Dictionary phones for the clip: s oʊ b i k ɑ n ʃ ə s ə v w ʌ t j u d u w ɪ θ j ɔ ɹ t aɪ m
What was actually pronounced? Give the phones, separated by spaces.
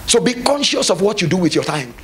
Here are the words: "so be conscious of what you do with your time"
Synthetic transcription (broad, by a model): s oʊ b i k ɑ n ʃ ə s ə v w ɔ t j u d u w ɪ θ j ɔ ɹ t aɪ m